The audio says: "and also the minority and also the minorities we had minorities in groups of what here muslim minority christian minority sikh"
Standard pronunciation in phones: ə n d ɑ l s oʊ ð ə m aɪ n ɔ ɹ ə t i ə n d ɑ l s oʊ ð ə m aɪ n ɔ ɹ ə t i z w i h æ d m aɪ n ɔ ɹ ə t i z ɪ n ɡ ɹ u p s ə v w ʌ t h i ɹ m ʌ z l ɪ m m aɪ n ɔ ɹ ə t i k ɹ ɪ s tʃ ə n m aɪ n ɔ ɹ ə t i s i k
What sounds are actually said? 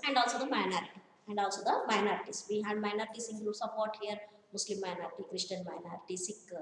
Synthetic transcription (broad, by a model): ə n d ɑ l s oʊ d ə m aɪ n ɔ ɹ ə t i ə n d ɑ l s oʊ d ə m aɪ n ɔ ɹ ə t i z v i h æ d m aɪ n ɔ ɹ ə t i s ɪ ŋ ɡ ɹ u s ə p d t h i ɹ m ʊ s l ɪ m m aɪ n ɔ ɹ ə t i k ɹ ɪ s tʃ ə n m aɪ n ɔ ɹ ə t i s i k